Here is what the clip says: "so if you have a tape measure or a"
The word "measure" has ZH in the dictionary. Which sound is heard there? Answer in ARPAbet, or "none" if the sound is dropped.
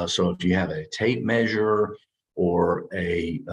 ZH